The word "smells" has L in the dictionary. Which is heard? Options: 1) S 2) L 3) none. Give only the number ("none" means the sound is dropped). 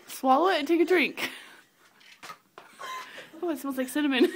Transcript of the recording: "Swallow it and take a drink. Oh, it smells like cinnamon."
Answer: 3